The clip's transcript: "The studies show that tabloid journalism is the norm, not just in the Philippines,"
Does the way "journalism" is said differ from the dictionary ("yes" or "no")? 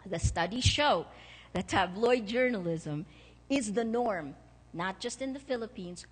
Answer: no